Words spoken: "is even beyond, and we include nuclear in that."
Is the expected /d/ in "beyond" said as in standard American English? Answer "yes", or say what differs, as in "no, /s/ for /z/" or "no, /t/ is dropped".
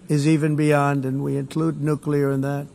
yes